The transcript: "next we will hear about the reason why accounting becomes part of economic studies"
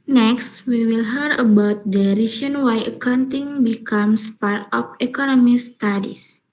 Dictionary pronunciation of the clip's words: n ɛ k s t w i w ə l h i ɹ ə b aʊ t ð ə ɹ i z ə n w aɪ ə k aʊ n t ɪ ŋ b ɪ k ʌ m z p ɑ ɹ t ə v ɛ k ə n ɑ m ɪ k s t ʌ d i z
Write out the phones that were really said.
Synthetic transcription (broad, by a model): n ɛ k s t w i w ə l h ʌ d ə b aʊ t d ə ɹ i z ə n w aɪ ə k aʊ n t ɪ ŋ b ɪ k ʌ m s p ɑ ɹ t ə f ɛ k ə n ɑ m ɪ s t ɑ d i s